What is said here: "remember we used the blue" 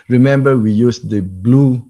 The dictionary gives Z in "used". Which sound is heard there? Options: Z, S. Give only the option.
S